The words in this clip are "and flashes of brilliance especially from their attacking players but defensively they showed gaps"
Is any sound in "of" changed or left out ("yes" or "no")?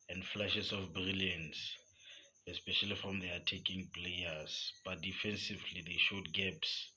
yes